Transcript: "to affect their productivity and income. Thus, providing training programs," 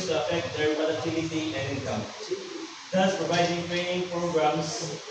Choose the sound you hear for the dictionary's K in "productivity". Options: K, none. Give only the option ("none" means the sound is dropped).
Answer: none